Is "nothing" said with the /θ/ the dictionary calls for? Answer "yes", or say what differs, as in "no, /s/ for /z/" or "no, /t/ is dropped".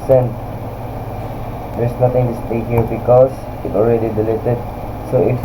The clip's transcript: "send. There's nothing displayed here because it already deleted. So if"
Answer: no, /t/ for /θ/